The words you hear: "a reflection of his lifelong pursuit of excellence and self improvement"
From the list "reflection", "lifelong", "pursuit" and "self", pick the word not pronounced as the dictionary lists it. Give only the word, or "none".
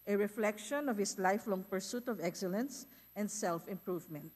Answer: none